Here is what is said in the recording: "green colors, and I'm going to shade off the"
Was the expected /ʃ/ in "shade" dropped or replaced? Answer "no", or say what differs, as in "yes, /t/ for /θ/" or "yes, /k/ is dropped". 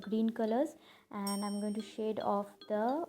no